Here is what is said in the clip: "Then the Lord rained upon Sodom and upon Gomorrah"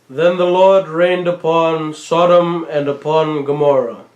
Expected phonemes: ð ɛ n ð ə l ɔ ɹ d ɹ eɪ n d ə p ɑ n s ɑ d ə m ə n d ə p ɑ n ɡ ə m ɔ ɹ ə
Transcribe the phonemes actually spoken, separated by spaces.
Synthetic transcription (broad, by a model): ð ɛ n ð ə l ɔ ɹ d ɹ eɪ n d ə p ɑ n s ɑ d ə m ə n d ə p ɑ n ɡ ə m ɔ ɹ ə